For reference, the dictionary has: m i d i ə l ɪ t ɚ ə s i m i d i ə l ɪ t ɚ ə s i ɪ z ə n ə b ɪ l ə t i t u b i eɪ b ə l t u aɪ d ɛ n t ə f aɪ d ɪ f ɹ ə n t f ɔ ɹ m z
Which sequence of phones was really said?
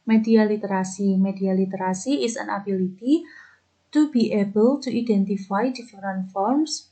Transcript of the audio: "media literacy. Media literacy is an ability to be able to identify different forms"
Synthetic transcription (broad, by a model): m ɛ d i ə l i t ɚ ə s i m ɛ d i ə l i t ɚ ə s i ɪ s ə n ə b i l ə t i t u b i eɪ b ə l t u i d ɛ n t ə f aɪ d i f ɹ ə n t f ɔ ɹ m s